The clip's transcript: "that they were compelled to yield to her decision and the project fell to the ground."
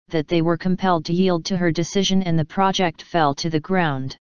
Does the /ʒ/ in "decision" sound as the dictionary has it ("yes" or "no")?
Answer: yes